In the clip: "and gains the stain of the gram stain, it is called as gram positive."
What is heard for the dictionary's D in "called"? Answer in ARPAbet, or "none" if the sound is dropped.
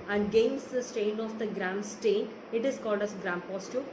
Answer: D